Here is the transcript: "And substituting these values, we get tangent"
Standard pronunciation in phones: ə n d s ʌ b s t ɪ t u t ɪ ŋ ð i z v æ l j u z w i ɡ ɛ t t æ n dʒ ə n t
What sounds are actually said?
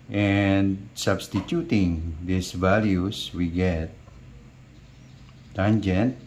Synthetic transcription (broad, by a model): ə n s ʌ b s t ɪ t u t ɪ ŋ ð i s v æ l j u s w i ɡ ɛ t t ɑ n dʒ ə n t